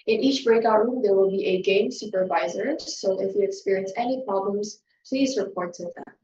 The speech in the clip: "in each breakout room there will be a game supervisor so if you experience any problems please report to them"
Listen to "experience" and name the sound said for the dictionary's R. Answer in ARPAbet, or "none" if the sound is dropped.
R